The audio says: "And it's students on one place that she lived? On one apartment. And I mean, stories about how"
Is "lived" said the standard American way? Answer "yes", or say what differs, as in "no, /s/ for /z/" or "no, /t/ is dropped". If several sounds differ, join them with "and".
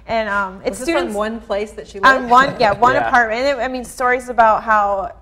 no, /w/ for /l/